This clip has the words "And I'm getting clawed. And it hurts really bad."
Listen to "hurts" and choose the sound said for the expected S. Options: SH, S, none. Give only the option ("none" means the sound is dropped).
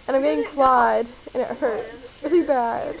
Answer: none